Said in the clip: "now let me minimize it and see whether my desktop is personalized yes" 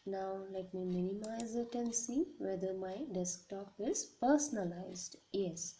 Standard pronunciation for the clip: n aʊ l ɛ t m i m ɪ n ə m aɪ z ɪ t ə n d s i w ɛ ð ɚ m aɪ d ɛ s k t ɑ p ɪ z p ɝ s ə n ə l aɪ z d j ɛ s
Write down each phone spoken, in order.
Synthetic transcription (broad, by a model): n aʊ l ɛ t m i m ɪ n ə m aɪ z ɪ t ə n s i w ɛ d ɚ m aɪ d ɛ s k t ɑ p ɪ z p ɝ s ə n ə l aɪ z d j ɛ s